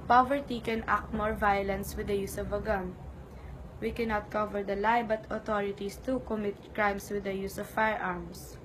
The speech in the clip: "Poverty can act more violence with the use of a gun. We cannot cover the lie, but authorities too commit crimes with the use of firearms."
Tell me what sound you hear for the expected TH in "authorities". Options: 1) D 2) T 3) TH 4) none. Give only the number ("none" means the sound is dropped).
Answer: 2